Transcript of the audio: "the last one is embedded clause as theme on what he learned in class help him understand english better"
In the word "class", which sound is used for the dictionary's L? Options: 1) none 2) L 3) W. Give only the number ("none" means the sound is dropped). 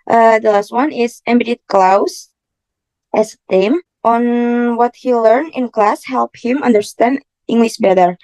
2